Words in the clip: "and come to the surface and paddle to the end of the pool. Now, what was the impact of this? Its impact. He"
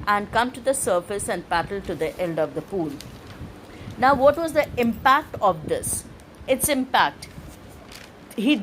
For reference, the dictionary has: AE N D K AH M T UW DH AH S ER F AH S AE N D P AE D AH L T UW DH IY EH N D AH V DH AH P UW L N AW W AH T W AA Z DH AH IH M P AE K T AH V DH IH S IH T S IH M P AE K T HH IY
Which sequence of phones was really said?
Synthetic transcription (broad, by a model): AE N D K AH M T UW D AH S ER F AH S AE N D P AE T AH L T UW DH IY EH L D AH V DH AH P UW L N AW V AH T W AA Z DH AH IH M P AE K T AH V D IH S IH T S IH M P AE K T HH IY